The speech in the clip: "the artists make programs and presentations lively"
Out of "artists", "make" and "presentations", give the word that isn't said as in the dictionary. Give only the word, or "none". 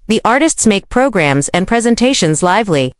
none